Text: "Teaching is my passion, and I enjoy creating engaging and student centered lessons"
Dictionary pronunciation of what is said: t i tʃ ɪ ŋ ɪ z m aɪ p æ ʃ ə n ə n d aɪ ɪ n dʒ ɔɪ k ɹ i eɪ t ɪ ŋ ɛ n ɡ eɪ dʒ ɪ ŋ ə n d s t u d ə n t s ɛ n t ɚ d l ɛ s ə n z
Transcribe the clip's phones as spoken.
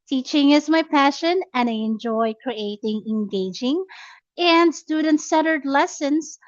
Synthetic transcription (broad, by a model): t i tʃ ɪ ŋ ɪ z m aɪ p æ ʃ ə n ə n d aɪ ɪ n dʒ ɔɪ k ɹ i eɪ t ɪ ŋ ɛ n ɡ eɪ dʒ ɪ ŋ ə n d s t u d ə n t s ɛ t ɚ d l ɛ s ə n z